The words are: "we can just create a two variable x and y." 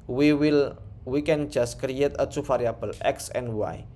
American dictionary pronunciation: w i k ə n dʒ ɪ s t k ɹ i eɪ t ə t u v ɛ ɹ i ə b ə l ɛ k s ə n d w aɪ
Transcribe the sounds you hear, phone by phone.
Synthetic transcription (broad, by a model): w i k ə n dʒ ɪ s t k ɹ i eɪ t ə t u f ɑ ɹ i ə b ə l ɛ k s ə n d w aɪ